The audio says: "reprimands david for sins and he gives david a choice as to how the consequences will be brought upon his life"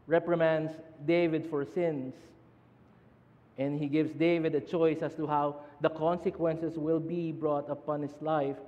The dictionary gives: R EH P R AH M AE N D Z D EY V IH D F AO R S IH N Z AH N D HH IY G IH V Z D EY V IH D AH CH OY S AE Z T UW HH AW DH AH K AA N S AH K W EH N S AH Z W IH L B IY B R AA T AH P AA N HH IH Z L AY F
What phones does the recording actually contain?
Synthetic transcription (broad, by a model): R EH P R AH M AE N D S D EY V IH D F AO R S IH N S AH N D HH IY G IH V S D EY V IH D AH CH OY S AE S T UW HH AW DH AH K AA N S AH K W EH N S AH S W IH L B IY B R AA T AH P AA N HH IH S L AY F